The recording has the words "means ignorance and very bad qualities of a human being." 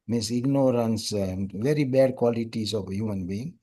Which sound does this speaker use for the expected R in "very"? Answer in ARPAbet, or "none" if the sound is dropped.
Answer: R